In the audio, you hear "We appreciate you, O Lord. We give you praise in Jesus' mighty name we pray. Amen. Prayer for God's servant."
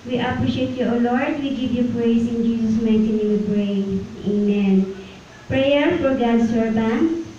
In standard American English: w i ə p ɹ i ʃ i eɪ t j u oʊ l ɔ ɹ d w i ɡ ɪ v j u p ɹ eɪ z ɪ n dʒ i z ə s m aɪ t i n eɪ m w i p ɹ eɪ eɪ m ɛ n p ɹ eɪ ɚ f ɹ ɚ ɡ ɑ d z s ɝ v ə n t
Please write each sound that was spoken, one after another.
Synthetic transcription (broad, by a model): w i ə p ɹ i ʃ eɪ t j u oʊ l ɔ ɹ d w i ɡ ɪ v j u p ɹ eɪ s ɪ n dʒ i s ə s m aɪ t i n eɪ w i p ɹ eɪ eɪ m ɛ n p ɹ eɪ ɚ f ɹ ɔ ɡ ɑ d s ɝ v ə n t